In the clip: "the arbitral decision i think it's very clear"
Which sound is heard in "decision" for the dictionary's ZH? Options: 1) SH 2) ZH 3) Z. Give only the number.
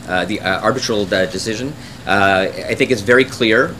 2